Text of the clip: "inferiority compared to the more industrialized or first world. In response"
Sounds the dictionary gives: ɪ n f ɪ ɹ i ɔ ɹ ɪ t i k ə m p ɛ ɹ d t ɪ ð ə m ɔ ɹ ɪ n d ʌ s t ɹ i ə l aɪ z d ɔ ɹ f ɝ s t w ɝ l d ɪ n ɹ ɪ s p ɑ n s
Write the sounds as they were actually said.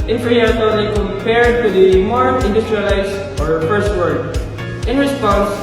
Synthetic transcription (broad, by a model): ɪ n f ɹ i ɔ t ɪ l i k ə m p ɛ ɹ d t ɪ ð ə m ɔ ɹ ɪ n d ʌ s t ɹ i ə l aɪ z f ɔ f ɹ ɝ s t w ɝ d ɪ n ɹ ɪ s p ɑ n s